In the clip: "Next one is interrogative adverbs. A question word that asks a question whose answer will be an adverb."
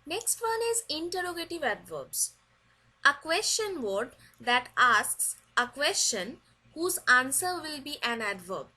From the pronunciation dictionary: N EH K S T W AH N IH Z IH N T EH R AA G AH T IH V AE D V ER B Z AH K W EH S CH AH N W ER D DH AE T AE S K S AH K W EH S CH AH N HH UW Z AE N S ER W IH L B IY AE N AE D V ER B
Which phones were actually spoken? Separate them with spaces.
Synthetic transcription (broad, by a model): N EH K S T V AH N IH Z IH N T EH R AA G AH T IH V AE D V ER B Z AH K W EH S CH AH N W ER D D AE T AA S K S AH K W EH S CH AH N HH UW Z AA N S ER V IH L B IY AE N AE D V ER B